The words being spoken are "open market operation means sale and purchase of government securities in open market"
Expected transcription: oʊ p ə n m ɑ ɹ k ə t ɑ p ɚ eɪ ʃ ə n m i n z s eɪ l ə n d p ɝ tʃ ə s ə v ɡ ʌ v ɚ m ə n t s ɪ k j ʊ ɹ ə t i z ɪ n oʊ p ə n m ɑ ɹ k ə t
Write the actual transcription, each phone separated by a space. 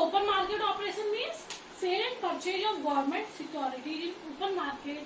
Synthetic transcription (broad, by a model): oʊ p ə n m ɑ ɹ k ə t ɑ p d eɪ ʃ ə n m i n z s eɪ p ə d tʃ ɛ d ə ə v ɡ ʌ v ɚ m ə n t s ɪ k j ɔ ɹ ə t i ɪ n oʊ p ə n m ɑ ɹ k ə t